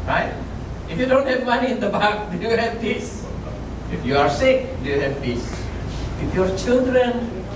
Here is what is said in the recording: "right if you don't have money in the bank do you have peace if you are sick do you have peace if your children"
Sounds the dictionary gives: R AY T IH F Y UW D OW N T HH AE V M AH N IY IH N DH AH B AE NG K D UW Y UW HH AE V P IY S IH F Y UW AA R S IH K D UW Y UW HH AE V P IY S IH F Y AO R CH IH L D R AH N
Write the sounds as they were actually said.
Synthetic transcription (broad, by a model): R AY T IH F Y UW D OW N T HH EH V M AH N IY IH N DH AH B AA K D UW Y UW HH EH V P IY S IH F Y UW AA R S IH K D UW Y UW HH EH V P IY S IH F Y AO R CH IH L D R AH N